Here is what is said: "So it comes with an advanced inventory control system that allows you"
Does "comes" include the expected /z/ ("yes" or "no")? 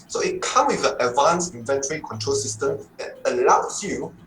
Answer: no